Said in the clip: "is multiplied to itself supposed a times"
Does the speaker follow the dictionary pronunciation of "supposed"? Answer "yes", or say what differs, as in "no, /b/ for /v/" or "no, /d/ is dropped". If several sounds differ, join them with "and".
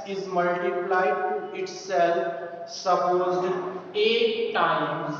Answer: no, /d/ is dropped